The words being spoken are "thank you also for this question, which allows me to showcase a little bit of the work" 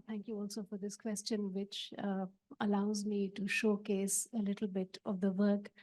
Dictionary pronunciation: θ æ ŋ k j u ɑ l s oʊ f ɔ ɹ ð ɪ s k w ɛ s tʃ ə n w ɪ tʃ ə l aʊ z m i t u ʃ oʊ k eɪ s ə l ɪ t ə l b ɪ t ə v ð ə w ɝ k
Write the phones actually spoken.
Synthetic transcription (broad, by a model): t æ ŋ k j u ɑ l s oʊ f ɔ ɹ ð ɪ s k w ɛ s tʃ ə n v ɪ tʃ ə l aʊ z m i t u ʃ oʊ k eɪ s ə l ɪ t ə l b ɪ t ə v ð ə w ɝ k